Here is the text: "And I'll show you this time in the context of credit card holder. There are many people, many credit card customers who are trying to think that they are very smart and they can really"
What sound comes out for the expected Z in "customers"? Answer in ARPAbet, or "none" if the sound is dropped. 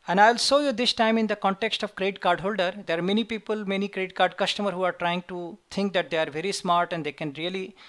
none